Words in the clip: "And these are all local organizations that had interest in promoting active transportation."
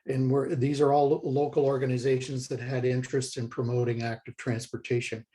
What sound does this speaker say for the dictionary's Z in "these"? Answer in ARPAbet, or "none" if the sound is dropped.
Z